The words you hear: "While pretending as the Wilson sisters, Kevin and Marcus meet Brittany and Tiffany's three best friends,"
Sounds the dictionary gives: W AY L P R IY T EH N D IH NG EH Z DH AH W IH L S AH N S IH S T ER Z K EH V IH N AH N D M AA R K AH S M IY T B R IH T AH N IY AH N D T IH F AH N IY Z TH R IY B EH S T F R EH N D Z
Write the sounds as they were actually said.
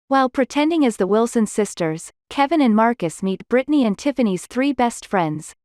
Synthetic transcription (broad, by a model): W AY L P R IY T EH N D IH NG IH Z DH AH W IH L S AH N S IH S T ER Z K EH V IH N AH N M AA R K AH S M IY T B R IH T N IY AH N T IH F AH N IY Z TH R IY B EH S T F R EH N D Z